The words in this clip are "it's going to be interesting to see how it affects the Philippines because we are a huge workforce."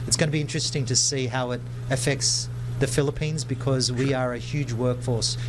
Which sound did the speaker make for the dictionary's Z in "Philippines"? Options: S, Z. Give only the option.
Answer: Z